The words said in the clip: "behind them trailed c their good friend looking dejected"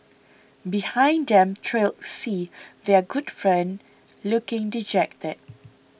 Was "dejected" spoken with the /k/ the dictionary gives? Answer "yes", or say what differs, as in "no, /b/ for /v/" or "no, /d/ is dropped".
yes